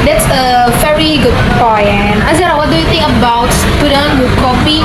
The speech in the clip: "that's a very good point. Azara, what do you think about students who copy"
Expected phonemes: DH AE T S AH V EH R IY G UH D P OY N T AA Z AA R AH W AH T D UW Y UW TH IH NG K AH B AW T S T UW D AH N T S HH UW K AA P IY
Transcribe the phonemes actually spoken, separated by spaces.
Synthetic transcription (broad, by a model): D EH T S AH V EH R IY G UH D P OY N AA Z AA R AH W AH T D UW Y UW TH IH NG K AH B AW T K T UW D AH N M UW K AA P IY